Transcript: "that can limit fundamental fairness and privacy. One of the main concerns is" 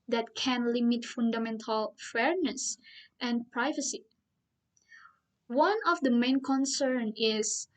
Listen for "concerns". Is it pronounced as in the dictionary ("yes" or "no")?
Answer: no